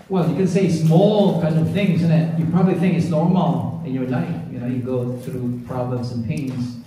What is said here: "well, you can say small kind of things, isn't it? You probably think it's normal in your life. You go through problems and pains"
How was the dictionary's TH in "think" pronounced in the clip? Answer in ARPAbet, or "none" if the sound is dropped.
TH